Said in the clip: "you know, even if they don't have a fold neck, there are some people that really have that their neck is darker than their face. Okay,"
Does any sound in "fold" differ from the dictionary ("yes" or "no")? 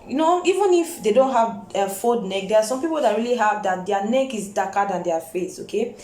yes